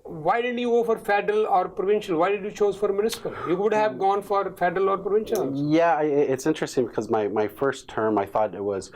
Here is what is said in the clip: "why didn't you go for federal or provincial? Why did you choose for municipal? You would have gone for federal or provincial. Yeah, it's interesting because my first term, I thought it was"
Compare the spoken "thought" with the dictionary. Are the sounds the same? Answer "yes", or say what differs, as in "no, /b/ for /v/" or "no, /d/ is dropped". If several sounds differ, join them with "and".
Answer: yes